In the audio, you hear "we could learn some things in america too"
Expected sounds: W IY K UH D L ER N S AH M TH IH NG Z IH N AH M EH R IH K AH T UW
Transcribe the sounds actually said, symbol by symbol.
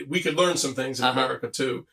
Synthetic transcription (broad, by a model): W IY K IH D L ER N S AH M TH IH NG Z IH N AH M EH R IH K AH T UW